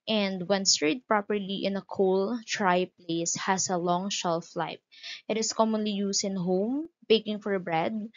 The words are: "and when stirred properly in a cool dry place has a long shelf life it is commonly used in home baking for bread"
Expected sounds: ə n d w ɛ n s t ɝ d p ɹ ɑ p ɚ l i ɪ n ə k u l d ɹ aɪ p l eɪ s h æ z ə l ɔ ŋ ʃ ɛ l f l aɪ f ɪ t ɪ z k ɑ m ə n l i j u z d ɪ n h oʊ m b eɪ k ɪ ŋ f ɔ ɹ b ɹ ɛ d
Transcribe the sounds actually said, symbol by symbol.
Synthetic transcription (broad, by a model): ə n d w ɛ n s t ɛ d p ɹ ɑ p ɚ l i ɪ n ə k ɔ l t ɹ aɪ p l eɪ s h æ s ə l ɔ ŋ ʃ ɛ l f l aɪ p ɪ t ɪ s k ɑ m ə n l i j u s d ɪ n h oʊ m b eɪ k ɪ ŋ f ɔ ɹ b ɹ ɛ d